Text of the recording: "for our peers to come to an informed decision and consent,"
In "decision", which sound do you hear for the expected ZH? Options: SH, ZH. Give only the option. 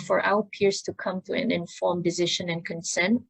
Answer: SH